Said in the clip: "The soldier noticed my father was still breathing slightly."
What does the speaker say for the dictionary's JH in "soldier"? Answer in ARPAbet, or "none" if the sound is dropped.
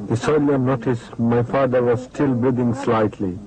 none